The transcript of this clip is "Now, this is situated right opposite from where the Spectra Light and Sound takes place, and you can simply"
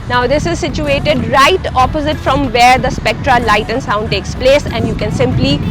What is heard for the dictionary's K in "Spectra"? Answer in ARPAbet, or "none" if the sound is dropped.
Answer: K